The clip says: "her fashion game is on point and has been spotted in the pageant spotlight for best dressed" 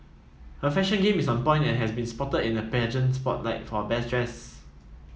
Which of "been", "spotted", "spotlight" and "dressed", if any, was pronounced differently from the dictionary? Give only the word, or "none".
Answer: dressed